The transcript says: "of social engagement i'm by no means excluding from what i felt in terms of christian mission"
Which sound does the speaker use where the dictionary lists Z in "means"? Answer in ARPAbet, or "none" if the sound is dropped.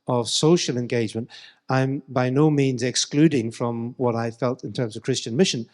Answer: Z